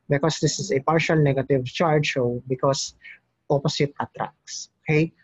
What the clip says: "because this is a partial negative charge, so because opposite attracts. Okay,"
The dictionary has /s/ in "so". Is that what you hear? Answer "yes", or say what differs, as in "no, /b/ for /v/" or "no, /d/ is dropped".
no, /ʃ/ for /s/